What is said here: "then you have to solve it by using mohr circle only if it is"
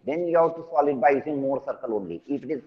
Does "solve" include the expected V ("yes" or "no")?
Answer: no